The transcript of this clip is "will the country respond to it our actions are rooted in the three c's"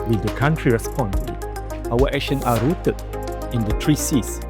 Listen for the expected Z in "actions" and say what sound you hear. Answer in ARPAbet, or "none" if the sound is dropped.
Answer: none